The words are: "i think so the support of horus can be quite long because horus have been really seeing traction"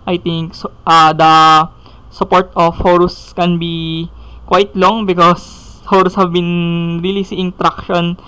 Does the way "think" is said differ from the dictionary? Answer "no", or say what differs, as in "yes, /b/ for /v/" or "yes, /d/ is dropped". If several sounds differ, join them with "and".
yes, /t/ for /θ/